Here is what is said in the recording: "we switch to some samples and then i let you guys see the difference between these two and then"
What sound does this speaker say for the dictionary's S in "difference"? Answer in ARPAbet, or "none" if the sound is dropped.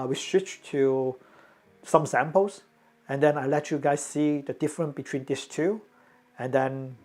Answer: none